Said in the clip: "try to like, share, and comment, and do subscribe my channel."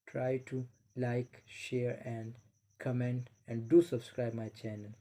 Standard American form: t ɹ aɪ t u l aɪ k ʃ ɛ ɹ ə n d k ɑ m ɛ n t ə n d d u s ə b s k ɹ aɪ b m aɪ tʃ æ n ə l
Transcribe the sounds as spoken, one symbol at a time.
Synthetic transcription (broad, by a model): t ɹ aɪ t u l aɪ k ʃ ɛ ɹ ə n d k ɑ m ɛ n t ə n d d u s ə b s k ɹ aɪ b m aɪ tʃ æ n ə l